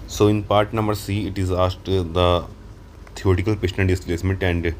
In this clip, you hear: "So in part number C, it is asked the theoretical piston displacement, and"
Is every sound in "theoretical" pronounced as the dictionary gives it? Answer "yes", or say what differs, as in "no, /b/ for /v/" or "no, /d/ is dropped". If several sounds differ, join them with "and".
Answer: no, /t/ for /θ/